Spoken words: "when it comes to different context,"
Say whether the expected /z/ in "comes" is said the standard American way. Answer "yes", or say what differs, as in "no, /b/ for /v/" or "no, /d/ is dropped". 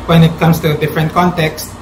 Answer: no, /s/ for /z/